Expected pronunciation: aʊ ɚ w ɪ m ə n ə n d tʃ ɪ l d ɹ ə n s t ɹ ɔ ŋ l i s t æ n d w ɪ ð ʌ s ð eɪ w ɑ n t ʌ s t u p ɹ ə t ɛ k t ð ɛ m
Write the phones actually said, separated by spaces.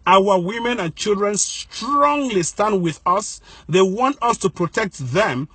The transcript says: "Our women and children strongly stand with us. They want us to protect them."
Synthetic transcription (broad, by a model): aʊ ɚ w ɪ m ə n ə n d tʃ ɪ l d ɹ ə n s t ɹ ɔ ŋ l i s t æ n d w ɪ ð ʌ s ð eɪ w ɑ n t ʌ s t u p ɹ ə t ɛ k t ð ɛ m